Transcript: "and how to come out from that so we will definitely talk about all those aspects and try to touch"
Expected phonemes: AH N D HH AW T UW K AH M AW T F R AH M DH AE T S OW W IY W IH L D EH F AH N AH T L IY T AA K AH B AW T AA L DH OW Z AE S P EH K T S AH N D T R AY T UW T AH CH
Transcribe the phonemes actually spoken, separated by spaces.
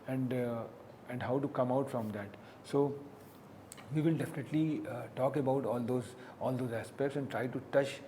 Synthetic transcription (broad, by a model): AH N D HH AW T UW K AH M AW T F R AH M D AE T S OW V IY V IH L D EH F AH N AH T L IY T AA K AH B AW T AA L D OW Z AE S P EH K T S AH N D T R AY T UW T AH CH